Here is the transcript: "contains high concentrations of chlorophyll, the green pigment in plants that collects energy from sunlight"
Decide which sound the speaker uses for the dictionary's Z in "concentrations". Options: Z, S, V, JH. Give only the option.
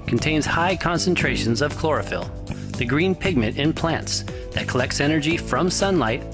Z